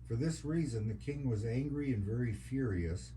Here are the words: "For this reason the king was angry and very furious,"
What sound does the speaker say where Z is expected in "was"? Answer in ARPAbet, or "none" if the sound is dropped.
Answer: Z